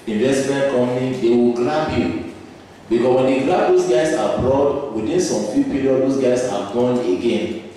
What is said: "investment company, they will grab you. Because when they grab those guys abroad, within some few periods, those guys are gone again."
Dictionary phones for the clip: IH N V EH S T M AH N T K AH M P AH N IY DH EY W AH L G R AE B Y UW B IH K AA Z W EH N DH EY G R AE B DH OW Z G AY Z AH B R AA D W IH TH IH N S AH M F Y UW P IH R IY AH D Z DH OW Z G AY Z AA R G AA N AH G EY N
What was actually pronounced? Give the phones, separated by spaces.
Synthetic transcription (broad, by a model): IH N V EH S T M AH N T K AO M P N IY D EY W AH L G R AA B Y UW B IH K AA S W EH N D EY G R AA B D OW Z G AY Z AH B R AA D W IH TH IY N S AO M F Y UW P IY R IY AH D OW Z G AY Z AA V G AA N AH G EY N